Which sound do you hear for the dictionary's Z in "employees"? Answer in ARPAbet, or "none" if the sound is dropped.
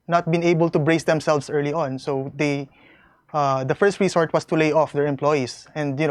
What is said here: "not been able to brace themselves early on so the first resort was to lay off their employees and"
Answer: S